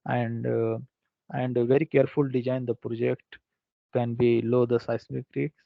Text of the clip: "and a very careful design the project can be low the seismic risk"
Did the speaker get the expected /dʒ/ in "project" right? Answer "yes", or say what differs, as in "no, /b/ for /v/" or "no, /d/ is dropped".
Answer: yes